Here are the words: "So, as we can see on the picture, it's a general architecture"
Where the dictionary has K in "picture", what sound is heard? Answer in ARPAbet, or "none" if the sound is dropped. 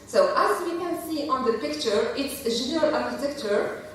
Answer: K